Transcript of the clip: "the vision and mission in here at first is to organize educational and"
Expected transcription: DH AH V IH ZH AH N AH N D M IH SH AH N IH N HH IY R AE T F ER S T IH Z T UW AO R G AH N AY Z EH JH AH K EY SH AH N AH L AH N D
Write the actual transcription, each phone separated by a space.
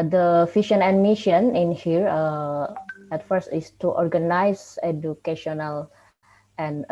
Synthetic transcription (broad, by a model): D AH F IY SH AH N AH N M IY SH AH N IH N HH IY R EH T F ER S T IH S T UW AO R G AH N AY S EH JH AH K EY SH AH N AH L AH N